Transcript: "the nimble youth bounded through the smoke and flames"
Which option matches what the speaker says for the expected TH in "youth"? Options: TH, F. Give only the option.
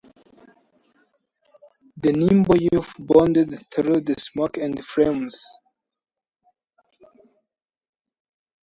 F